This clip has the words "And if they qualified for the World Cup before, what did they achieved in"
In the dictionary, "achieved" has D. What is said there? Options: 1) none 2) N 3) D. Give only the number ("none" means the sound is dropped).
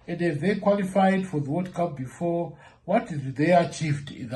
3